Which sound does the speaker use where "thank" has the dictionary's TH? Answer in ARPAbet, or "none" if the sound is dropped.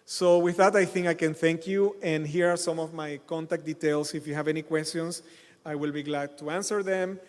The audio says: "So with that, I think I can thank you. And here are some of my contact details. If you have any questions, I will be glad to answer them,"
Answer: TH